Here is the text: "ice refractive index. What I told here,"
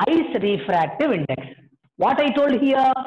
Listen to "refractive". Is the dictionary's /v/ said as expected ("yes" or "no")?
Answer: yes